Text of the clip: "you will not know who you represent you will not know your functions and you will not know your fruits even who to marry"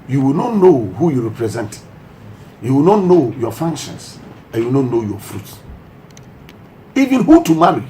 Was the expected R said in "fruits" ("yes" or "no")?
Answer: yes